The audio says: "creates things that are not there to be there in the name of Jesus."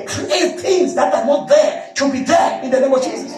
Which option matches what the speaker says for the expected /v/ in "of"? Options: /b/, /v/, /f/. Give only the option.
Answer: /v/